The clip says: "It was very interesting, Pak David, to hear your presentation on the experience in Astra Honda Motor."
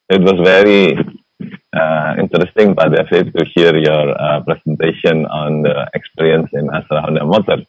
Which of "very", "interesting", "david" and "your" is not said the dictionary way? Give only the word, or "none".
david